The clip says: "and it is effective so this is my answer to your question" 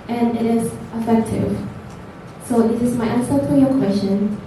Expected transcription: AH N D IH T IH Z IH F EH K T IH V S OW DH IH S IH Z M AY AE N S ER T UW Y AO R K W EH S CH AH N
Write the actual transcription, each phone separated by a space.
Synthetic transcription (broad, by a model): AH N IH T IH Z IH F EH K T IH V S OW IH IH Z M AY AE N S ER T UW Y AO K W EH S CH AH N